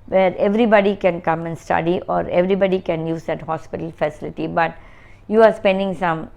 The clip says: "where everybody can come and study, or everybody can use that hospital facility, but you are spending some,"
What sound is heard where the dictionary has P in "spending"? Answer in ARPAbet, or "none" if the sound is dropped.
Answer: P